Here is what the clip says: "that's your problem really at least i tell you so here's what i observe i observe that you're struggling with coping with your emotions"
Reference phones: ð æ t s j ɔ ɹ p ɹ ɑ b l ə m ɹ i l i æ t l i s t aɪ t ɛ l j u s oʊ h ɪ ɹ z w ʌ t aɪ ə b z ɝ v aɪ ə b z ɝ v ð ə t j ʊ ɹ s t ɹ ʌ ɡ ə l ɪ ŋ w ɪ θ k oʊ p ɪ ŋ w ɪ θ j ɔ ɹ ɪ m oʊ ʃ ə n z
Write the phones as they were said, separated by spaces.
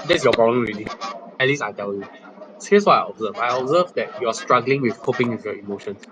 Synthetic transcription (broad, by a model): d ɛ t s j ɔ p ɹ ɑ b l ə m ɹ i l i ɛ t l i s aɪ t ɛ l j u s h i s w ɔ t aɪ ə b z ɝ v aɪ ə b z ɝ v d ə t j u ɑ s t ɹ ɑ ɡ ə l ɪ ŋ w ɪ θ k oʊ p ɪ ŋ w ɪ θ j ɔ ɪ m oʊ ʃ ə n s